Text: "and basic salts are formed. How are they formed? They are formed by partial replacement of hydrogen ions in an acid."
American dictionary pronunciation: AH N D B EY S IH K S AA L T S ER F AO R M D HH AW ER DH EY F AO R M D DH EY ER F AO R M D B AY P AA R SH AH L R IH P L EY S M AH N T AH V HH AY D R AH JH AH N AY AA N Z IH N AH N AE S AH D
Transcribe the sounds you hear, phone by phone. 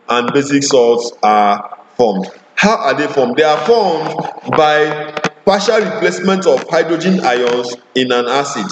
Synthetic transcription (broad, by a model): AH N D B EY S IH K S AA T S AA F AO M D HH AW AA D EY F AO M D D EY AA F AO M D B AY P AA SH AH L R IH P L EY S M AH N T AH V HH AY D R AH JH AH N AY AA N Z IH N AH N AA S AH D